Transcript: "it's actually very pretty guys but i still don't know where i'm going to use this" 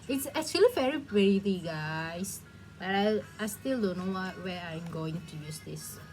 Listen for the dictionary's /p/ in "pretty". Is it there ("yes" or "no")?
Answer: no